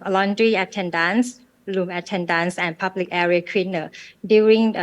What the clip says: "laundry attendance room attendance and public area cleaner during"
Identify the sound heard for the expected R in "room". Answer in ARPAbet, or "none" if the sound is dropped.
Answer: L